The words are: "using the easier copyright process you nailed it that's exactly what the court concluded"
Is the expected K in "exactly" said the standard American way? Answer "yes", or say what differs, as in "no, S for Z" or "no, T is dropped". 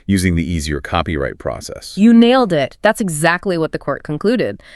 yes